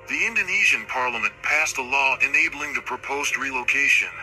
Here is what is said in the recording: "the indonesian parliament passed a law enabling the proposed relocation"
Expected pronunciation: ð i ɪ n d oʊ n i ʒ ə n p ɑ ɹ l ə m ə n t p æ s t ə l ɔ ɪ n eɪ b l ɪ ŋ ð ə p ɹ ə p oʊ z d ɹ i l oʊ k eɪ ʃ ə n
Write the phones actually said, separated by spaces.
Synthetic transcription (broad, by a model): ð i ɪ n d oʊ n i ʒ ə n p ɑ ɹ l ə m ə n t p æ s t ə l ɔ ɪ n eɪ b l ɪ ŋ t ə p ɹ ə p oʊ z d ɹ i l oʊ k eɪ ʃ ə n